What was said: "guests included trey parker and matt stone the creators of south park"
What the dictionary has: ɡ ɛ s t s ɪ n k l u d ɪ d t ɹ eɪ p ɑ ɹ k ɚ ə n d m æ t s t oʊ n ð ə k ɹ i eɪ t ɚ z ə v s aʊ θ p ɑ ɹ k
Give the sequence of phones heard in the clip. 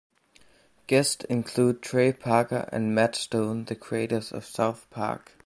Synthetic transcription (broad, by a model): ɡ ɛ s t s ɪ n k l u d d t ɹ eɪ p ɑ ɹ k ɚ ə n m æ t s t oʊ n ð ə k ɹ i eɪ t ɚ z ə v s aʊ θ p ɑ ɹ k